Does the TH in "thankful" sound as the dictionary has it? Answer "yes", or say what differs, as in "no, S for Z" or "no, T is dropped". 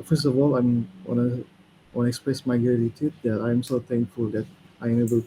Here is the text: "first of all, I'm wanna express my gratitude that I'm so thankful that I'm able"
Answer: no, T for TH